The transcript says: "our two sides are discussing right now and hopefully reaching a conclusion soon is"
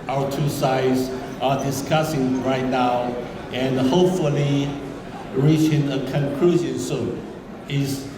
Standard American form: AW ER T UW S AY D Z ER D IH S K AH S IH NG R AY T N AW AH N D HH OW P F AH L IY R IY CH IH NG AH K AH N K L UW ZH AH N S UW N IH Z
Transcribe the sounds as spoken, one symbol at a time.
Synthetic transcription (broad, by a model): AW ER T UW S AY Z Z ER D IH S K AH S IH NG R AY T N AW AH N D HH OW P F AH L IY R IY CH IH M AH K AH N K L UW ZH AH N S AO IH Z